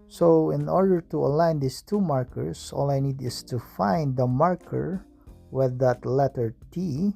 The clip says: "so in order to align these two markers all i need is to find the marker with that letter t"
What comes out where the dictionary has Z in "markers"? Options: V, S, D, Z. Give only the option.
S